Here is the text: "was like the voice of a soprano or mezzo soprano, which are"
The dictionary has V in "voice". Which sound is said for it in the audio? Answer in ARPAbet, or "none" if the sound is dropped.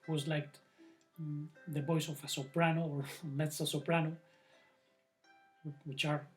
B